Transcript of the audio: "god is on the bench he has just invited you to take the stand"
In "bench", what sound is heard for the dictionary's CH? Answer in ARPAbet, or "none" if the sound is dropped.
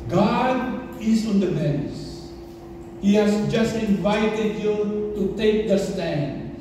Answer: S